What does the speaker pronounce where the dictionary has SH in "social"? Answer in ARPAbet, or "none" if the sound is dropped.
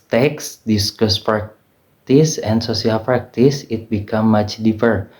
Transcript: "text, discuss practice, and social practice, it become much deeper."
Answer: S